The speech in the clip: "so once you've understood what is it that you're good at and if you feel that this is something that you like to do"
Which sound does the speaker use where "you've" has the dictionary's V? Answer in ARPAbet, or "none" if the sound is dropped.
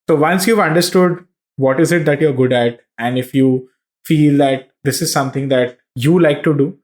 V